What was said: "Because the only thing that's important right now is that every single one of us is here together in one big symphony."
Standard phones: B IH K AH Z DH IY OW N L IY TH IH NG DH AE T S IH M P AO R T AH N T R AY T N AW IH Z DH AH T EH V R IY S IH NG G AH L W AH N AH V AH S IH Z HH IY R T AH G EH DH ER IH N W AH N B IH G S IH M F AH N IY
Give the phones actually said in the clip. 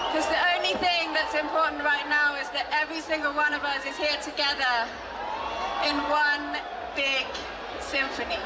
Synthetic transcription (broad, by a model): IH K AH Z DH IY OW N L IY TH IH NG DH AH T S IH M P AO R T N T R AY T N AW IH Z DH AH T EH V R IY S IH NG G AH L W AH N AH V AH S IH Z HH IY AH T AH G EH DH ER IH N W AH N B IH G S IH M F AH N IY